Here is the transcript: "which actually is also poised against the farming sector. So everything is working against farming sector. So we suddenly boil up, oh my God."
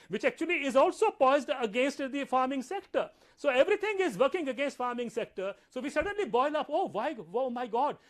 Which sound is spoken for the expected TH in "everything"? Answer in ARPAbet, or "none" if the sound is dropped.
T